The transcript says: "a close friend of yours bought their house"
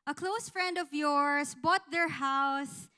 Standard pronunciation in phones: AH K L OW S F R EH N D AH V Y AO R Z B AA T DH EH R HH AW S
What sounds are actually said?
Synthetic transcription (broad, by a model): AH K L OW S F R EH N D AH V Y AO R S B AA T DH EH R HH AW S